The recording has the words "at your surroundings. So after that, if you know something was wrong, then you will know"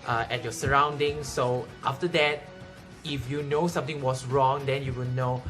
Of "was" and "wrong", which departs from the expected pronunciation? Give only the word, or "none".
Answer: was